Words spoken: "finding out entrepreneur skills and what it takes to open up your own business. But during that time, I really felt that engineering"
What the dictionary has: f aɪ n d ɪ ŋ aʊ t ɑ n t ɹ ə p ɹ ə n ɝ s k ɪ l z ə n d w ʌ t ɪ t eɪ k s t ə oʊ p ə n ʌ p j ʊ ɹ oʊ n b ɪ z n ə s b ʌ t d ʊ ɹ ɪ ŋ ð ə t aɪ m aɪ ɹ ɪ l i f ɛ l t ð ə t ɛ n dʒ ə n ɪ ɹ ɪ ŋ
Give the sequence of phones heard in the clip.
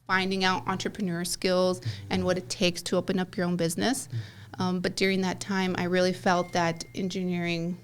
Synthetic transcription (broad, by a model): f aɪ n d ɪ ŋ aʊ t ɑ n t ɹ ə p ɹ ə n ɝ s k ɪ l z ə n w ʌ t ɪ t eɪ k s t ə oʊ p ə n ʌ p j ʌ ɹ oʊ n b ɪ z n ə s b ʌ t d ʊ ɹ ɪ ŋ ð ə t aɪ m aɪ ɹ ɪ l i f ɛ l t ð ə t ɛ n dʒ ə n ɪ ɹ ɪ ŋ